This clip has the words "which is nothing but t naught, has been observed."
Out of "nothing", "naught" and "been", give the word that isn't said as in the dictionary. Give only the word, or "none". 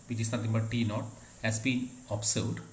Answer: nothing